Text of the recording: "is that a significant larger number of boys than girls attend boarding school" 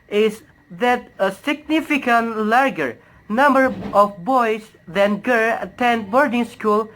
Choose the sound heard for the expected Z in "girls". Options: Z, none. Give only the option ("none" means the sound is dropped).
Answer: none